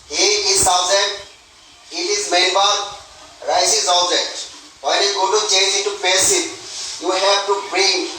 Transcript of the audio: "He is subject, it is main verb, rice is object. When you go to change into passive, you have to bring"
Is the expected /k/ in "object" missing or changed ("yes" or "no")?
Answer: yes